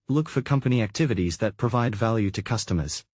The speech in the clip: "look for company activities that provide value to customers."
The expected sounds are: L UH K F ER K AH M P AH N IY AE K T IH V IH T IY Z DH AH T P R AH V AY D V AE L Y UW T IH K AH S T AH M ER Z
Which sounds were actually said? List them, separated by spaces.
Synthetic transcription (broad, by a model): L UH K F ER K AH M P AH N IY AE K T IH V IH T IY Z DH AH T P R AH V AY D V AE L Y UW T IH K AH S T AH M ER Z